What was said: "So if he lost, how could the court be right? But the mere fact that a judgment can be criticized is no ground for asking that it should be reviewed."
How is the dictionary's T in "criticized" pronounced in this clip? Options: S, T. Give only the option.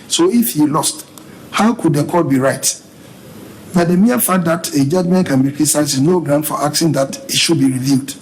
S